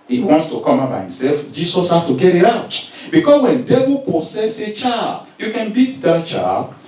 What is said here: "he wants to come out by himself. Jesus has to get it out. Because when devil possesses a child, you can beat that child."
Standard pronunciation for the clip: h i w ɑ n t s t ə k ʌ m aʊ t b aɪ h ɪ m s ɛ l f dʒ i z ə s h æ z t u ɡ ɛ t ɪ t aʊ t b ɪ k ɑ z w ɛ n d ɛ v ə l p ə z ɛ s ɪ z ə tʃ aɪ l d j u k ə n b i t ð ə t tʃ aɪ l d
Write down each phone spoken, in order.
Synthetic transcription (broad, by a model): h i w ɑ n t s t ə k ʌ m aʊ b aɪ h ɪ m s ɛ l f dʒ i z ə s h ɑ s t u ɡ ɛ t ɪ t aʊ t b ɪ k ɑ s w ɛ n d ɛ v ə l p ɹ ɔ s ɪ s ə tʃ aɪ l j u k ə n b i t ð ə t tʃ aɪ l